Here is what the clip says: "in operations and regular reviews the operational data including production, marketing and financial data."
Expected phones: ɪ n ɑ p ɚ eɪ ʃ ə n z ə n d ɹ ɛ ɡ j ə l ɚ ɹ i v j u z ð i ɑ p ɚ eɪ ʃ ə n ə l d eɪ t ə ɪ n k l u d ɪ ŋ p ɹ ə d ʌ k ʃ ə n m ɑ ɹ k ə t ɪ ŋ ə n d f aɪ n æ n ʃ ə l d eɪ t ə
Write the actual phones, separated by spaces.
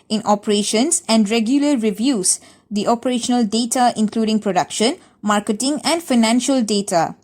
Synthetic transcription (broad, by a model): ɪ n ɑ p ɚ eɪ ʃ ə n s ə n d ɹ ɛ ɡ j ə l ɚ ɹ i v j u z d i ɑ p ɚ eɪ ʃ ə n ə l d eɪ t ə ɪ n k l u d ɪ ŋ p ɹ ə d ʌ k ʃ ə n m ɑ ɹ k ə t ɪ ŋ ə n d f aɪ n æ n ʃ ə l d eɪ t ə